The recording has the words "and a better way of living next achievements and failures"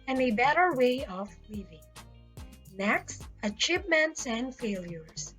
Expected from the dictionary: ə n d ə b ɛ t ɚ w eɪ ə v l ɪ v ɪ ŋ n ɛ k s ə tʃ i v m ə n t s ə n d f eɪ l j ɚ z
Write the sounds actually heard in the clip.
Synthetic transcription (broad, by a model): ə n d ə b ɛ t ɚ w eɪ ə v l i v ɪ ŋ n ɛ k s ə tʃ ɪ p m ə n t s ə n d f eɪ l j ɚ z